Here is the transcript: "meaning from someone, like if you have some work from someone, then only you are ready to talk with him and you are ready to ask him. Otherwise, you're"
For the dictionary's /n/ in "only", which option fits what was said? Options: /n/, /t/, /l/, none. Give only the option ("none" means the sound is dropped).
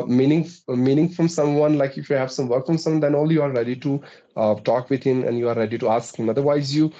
none